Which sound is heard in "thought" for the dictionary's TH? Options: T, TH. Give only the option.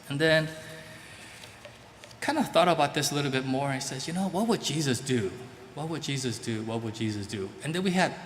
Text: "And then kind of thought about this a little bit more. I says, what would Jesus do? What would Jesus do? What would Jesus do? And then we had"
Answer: TH